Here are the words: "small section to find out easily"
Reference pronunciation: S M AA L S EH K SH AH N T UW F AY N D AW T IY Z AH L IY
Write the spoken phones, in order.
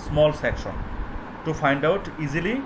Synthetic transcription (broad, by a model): S M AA L S EH K SH AH N T UW F AY N D AW T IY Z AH L IY